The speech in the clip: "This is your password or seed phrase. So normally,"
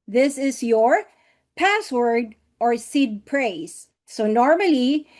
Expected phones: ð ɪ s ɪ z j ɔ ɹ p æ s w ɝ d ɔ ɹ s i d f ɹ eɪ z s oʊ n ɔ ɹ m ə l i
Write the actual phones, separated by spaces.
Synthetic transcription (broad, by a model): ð ɪ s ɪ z j ɔ ɹ p æ s w ɝ d ɔ ɹ s i d p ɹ eɪ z s oʊ n ɔ ɹ m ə l i